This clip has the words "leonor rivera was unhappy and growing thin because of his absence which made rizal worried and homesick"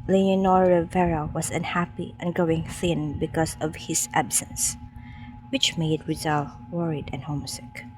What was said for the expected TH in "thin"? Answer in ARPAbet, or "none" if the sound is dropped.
TH